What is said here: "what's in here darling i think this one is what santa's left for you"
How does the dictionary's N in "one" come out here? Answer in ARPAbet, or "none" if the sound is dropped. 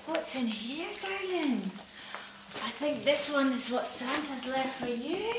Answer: N